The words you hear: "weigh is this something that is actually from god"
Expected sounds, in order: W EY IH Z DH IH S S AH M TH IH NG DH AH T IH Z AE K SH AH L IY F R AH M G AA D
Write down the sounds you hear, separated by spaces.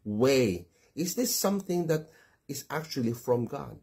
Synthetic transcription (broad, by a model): W EY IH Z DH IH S S AH M TH IH NG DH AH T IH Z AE K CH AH L IY F R AH M G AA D